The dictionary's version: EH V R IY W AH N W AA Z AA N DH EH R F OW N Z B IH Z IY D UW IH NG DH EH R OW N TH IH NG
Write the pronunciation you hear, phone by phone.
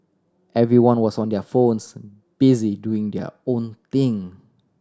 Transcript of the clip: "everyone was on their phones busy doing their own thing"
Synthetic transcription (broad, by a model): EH V R IY W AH N W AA S AA N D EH F OW N S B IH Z IY D UW IH NG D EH OW N T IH NG